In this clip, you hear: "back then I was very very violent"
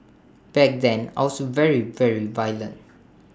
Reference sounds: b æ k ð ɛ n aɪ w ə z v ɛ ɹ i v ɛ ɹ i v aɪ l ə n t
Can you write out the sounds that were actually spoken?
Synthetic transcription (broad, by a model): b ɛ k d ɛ n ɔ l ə v ɛ ɹ i v ɛ ɹ i v aɪ l ə n t